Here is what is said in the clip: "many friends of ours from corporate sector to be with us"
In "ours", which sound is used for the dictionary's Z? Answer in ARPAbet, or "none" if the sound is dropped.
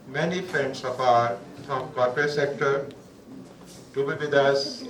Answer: none